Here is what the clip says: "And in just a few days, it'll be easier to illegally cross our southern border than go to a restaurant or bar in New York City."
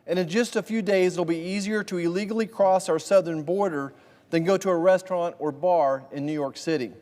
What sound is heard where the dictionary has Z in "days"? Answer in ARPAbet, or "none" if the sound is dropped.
none